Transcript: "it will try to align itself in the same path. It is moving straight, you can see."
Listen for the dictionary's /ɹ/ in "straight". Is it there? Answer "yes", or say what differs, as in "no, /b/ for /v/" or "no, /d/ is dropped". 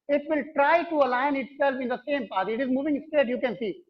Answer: no, /ɹ/ is dropped